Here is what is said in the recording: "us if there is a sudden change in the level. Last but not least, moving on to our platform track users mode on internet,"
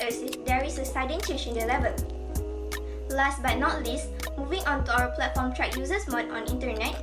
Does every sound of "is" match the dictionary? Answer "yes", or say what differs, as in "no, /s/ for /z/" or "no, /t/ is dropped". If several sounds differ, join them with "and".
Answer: no, /s/ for /z/